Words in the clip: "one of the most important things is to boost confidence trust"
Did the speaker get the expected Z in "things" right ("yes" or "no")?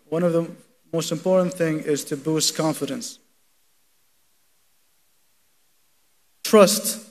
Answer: no